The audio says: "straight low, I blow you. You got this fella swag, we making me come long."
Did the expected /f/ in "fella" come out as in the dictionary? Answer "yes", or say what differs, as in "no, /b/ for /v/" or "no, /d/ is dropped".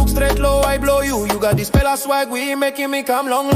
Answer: no, /p/ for /f/